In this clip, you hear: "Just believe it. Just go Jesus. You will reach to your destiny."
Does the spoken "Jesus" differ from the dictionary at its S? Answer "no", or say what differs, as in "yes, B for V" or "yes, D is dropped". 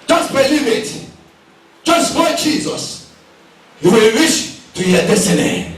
no